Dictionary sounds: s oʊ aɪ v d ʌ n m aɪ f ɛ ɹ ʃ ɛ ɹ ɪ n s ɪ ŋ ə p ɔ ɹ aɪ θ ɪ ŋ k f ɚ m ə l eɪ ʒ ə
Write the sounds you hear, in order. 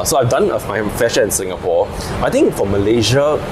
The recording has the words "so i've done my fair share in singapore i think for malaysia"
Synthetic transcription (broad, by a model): s oʊ aɪ v d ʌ n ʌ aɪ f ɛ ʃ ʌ ɪ n s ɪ ŋ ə p ɔ aɪ t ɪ ŋ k f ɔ m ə l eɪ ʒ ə